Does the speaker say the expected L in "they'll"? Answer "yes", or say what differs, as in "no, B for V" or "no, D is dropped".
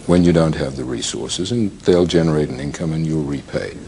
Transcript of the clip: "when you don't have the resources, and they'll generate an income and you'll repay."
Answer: yes